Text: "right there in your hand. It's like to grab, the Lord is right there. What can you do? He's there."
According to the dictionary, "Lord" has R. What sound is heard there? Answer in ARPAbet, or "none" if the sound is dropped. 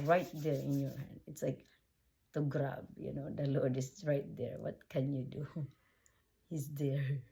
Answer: L